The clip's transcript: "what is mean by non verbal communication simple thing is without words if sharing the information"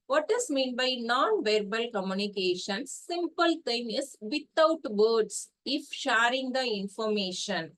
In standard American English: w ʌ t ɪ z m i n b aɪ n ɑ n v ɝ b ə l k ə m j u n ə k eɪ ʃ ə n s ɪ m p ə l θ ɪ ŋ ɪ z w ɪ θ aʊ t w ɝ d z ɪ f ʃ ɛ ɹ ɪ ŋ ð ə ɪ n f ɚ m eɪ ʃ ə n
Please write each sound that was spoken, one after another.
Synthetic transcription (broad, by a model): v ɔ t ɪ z m i n b aɪ n ɑ n v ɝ b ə l k ə m j u n ə k eɪ ʃ ə n s ɪ m p ə l t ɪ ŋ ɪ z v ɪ t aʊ t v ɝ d s ɪ f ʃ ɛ ɹ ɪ ŋ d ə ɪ n f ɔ m eɪ ʃ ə n